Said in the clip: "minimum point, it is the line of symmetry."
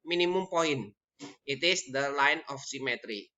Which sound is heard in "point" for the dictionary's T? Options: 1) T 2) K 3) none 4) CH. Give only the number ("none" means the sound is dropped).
3